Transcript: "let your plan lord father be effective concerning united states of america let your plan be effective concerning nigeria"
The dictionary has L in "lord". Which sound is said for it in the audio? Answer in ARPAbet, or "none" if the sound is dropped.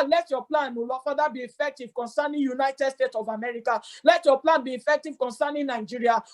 N